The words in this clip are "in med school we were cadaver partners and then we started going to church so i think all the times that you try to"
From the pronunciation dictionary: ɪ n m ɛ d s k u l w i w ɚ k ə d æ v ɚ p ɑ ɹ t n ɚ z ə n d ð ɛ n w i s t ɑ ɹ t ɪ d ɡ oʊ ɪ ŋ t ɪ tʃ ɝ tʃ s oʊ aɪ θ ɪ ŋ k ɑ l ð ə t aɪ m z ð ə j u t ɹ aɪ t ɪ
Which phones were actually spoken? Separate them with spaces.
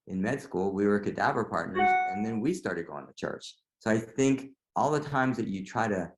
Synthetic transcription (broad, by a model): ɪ n m ɛ d s k u l w i w ɚ k ə d æ v ɚ p ɑ ɹ t n ɚ z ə n ð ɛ n w i s t ɑ ɹ t ɪ d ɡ oʊ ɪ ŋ t ɪ tʃ ɝ tʃ s oʊ aɪ θ ɪ ŋ k ɑ l ð ə t aɪ m z ð ə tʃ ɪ t ɹ aɪ t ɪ